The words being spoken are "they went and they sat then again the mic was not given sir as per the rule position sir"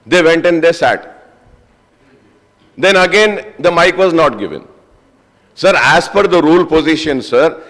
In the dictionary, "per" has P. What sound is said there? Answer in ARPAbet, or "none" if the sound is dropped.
F